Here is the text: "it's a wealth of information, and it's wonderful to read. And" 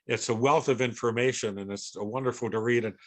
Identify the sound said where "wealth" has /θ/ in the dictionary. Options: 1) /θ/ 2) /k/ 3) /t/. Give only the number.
1